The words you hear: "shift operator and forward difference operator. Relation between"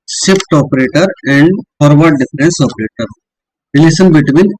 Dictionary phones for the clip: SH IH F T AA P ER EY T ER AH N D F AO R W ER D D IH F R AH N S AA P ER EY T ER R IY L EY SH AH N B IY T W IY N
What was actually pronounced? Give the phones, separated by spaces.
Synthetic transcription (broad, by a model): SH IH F T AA P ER EY T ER AH N D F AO R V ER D D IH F R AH N S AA P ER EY T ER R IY L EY S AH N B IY T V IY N